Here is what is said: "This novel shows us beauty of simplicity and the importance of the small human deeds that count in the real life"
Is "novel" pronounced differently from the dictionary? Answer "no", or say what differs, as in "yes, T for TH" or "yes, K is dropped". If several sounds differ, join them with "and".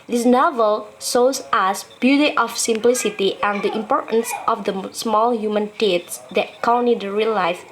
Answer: no